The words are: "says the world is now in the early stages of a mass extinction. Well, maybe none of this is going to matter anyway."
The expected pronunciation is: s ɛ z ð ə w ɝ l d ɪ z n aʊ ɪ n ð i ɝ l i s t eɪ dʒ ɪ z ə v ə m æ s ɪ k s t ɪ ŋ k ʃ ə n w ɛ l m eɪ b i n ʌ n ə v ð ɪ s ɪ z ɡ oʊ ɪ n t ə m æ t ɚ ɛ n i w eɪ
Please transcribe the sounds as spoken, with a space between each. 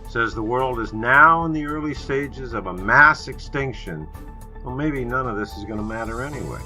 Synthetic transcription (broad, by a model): s ɛ z ð ə w ɝ l d ɪ z n aʊ ɪ n ð i ɝ l i s t eɪ dʒ ɪ z ə v ə m æ s ɪ k s t ɪ ŋ k ʃ ə n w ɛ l m eɪ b i n ʌ n ə v ð ɪ s ɪ z ɡ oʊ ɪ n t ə m æ t ɚ ɛ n i w eɪ